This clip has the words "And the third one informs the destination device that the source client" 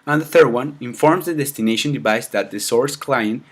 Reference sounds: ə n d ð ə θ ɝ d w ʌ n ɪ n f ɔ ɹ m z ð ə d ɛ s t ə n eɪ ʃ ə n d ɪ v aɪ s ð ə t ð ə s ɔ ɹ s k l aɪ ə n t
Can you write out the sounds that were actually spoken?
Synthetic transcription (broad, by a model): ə n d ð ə θ ɝ d w ʌ n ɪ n f ɔ ɹ m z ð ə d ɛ s t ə n eɪ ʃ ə n d ɪ v aɪ s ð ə t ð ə s ɔ ɹ s k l aɪ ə n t